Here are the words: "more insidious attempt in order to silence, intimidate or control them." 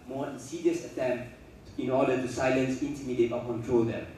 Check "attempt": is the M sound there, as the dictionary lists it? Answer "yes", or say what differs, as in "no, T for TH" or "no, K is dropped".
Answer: yes